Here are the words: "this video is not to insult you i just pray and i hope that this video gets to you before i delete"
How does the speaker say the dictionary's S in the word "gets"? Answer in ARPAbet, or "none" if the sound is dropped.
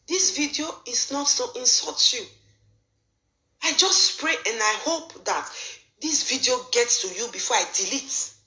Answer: S